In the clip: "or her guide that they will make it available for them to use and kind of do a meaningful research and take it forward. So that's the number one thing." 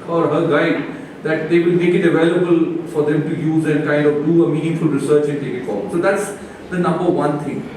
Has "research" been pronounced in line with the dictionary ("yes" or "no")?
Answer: yes